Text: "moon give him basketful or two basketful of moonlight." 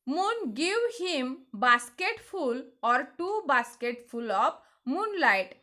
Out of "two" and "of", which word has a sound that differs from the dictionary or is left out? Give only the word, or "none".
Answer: of